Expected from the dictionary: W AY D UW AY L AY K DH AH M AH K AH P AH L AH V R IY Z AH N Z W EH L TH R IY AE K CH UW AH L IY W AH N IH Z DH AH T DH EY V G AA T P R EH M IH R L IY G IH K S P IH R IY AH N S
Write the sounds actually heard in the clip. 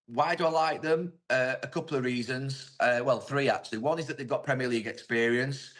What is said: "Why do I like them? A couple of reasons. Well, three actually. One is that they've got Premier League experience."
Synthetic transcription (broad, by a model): W AY D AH AY L AY K DH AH M AH K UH P L AH V R IY Z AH N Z W EH L TH R IY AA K CH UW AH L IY W AH N IH Z DH AH T DH EY V G AA T P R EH M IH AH L IY G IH K S P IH R IY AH N S